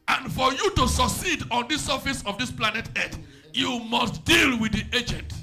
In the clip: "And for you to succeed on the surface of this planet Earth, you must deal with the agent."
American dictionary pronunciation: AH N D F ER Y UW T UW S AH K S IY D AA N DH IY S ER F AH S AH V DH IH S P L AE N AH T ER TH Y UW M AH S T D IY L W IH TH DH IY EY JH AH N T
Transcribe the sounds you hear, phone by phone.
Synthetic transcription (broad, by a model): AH N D F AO Y UW T UW S AH K S IY D AA N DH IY S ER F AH S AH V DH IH S P L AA N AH T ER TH Y UW M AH S T D IY L W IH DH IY EY JH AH N T